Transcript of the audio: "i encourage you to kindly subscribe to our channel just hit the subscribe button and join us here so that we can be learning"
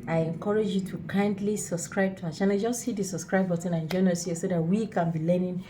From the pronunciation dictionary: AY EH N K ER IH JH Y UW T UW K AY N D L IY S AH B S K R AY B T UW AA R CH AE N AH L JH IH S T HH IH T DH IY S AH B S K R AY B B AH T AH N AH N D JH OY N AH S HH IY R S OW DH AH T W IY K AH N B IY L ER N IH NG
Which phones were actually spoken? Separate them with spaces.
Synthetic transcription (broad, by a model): AY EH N K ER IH JH Y UW T UW K AY N D L IY S AH B S K R AY B T UW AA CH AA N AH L JH IH S T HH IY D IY S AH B S K R AY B B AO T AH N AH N JH OY N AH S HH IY S OW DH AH T W IY K AH N B IY L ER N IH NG